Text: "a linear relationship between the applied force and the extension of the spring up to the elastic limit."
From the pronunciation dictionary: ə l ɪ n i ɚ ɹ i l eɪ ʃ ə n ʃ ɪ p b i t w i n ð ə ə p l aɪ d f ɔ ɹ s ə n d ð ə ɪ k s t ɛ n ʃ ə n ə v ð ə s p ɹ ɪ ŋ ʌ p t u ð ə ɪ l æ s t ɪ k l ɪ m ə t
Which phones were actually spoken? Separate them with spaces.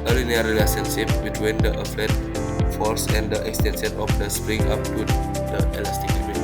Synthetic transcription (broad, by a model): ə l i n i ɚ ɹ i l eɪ s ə n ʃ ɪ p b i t w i n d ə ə f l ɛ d f ɔ l s ə n d ə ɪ k s t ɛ n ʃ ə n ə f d ə s p ɹ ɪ ŋ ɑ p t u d ə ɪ l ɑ s t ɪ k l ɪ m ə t